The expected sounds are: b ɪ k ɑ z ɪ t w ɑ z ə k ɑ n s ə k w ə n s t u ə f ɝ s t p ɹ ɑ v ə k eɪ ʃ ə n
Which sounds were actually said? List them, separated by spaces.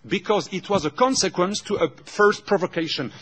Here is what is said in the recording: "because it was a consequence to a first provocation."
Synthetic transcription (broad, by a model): b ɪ k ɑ z ɪ t w ɑ z ə k ɑ n s ə k w ə n s t u ə f ɝ s t p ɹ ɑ v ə k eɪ ʃ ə n